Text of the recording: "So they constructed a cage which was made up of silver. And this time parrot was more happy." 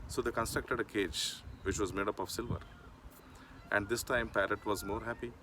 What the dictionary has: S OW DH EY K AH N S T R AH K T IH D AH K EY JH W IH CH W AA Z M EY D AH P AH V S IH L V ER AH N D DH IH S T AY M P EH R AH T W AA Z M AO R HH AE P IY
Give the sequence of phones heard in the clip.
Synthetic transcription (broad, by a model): S OW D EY K AH N S T R AH K T IH D AH K EY JH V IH CH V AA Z M EY D AH P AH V S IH L V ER AH N D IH S T AY M P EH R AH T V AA Z M AO R HH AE P IY